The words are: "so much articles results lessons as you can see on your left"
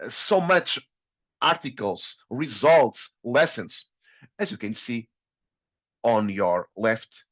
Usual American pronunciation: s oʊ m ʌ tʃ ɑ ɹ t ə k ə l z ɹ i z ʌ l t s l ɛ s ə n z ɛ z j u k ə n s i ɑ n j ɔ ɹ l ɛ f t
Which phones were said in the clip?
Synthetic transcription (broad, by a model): s oʊ m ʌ tʃ ɑ ɹ t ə k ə l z ɹ i z ʌ l t s l ɛ s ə n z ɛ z j u k ə n s i ɑ n j ɔ ɹ l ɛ f t